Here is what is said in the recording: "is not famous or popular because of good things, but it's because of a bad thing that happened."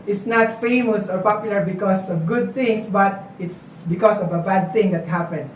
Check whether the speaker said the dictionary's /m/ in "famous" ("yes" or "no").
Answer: yes